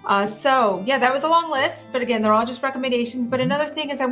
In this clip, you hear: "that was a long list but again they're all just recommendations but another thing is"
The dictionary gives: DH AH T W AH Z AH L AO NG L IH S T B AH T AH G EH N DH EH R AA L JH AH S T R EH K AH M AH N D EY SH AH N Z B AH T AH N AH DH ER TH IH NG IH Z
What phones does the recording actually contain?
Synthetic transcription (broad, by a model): DH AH T W AH Z AH L AO NG L IH S T B AH T AH G EH N DH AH R AA L JH AH S T R EH K AH M AH N D EY SH AH N Z B AH T AH N AH DH ER TH IH NG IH Z